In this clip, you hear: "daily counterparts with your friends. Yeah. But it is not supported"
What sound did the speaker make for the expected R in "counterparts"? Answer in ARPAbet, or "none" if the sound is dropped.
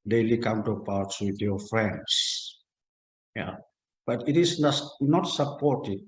W